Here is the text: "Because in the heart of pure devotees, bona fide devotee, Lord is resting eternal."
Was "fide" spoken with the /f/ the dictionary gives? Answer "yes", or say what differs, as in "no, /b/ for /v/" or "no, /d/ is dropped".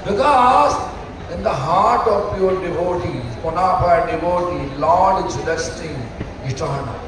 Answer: no, /p/ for /f/